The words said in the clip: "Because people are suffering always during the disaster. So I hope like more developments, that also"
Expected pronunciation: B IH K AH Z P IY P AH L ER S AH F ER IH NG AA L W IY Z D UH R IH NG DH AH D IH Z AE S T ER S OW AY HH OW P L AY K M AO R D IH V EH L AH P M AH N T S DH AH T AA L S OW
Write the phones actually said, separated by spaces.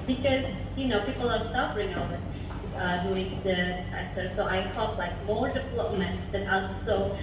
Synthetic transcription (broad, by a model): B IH K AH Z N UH P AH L ER S AH F ER IH NG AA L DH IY S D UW IH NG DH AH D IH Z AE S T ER S OW AY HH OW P L AY K M AO R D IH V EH L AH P M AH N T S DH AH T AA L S OW